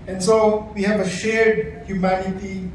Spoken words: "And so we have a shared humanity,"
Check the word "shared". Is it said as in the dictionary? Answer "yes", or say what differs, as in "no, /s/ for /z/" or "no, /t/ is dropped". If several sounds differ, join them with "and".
yes